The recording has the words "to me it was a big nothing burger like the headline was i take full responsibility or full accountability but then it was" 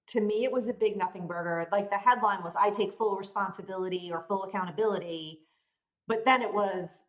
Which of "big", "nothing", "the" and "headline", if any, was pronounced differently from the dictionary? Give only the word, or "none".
none